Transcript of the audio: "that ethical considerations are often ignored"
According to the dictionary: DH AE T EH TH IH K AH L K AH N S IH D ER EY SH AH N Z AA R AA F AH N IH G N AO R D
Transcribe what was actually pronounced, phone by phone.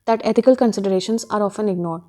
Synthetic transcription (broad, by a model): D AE T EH T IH K AH L K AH N S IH D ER EY SH AH N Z AA R AA F AH N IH G N AO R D